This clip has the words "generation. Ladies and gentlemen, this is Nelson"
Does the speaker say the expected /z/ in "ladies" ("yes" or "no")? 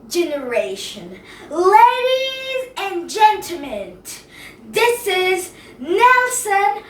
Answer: yes